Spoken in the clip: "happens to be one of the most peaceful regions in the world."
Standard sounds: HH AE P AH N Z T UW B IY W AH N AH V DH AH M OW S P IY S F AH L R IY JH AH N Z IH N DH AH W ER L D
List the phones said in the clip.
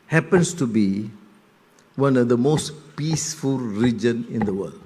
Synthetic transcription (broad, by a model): HH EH P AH N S T UW B IY W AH N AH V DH AH M OW S P IY S F AH L R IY JH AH N IH N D AH W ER L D